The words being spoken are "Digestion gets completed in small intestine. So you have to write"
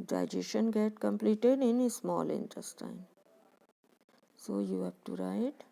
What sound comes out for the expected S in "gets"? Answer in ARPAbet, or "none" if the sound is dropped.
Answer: none